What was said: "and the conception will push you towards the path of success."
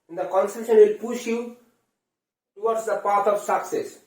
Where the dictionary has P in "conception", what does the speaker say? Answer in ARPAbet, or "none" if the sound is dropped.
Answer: none